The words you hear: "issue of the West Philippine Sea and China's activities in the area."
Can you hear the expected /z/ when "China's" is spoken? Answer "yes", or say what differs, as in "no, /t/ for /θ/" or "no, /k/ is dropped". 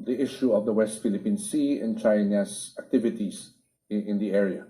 no, /s/ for /z/